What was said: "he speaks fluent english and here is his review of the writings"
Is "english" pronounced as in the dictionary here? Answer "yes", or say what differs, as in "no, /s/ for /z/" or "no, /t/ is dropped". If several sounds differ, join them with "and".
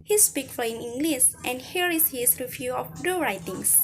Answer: no, /s/ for /ʃ/